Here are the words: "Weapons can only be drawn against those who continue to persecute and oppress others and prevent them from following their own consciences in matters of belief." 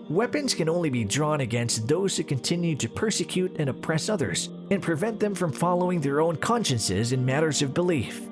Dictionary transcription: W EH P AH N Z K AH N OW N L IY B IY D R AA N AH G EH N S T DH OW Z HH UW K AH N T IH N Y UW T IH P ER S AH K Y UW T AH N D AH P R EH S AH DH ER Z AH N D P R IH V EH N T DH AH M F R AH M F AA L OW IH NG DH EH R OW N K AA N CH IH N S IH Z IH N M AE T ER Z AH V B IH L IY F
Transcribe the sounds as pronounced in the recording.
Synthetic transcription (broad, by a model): W EH P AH N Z K AH N OW N L IY B IY D R AA N AH G EH N S T DH OW Z HH UW K AH N T IH N Y UW T IH P ER S AH K Y UW T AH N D AH P R EH S AH DH ER Z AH N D P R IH V EH N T DH AH M F R AH M F AA L OW IH NG DH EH R OW N K AA N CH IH N S IH Z IH N M AE T ER Z AH V B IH L IY F